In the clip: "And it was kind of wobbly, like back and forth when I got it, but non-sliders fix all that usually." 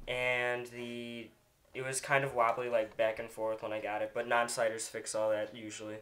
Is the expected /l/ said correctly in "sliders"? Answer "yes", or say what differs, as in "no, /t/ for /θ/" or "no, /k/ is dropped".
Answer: no, /l/ is dropped